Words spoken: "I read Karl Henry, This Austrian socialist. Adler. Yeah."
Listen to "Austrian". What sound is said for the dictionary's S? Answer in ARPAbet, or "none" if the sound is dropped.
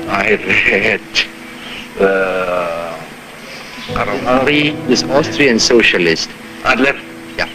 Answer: S